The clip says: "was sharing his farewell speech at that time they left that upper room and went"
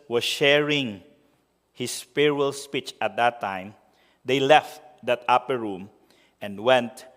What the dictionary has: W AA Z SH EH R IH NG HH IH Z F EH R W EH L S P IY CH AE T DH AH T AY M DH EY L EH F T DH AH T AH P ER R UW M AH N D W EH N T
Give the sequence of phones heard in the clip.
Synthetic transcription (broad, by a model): W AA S SH EH R IH NG HH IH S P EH R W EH L S P IY CH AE T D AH T AY M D EY L EH F T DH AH T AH P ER R UW M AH N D W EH N T